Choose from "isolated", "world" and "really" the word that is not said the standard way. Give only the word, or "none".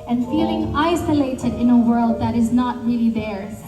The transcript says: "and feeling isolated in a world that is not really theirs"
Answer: none